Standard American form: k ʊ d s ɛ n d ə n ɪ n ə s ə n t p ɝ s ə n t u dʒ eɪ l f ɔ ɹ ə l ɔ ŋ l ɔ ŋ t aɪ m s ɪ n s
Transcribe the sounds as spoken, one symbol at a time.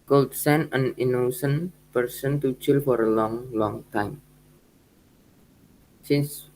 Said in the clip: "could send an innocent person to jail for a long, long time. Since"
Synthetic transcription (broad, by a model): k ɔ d s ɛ n ə n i n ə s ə n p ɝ s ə n t u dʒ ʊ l f ɔ ɹ ə l ɔ ŋ l ɔ ŋ t aɪ m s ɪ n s